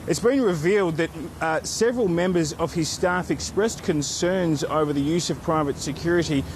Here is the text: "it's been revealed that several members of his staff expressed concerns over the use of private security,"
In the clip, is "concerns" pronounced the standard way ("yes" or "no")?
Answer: yes